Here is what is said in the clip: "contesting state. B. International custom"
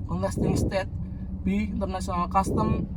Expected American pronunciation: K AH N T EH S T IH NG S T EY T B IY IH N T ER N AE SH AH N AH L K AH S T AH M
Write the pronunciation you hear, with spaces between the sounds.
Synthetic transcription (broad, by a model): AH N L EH S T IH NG S T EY T B IY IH N T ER N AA S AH N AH L K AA S T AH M